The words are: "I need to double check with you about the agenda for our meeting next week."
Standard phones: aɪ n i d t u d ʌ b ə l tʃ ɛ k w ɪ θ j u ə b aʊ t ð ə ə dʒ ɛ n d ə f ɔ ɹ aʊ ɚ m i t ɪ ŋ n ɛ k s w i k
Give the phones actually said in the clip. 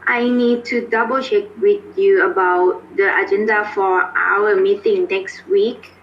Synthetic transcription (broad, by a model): aɪ n i d t u d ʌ b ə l ʃ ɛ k w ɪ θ j u ə b aʊ t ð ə ə dʒ ɛ n d ə f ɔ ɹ aʊ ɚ m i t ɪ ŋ n ɛ k s w i k